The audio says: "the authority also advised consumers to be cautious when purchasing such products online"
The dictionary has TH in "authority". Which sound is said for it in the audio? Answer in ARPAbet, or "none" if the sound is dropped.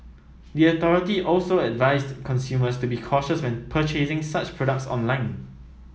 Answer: T